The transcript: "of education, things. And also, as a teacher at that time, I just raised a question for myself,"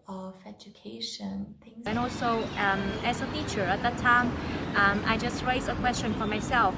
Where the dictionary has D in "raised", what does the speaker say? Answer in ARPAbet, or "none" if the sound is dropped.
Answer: none